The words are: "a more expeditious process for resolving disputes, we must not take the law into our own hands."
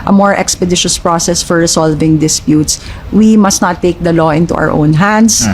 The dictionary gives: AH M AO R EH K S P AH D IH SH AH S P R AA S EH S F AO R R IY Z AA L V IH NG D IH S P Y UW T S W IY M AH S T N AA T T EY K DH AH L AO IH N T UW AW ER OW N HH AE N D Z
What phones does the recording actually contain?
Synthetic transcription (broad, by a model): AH M AO R EH K S P AH D IH SH AH S P R AA S EH S F AO R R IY S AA L V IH NG D IH S P Y UW T S W IY M AH S T N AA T T EY K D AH L AO IH N T UW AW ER OW N HH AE N D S